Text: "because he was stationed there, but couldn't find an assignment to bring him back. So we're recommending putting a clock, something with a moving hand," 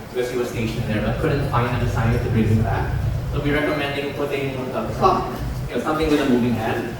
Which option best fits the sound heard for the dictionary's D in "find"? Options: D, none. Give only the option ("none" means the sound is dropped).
none